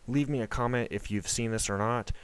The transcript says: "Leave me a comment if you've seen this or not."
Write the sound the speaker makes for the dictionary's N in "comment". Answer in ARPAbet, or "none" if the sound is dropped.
N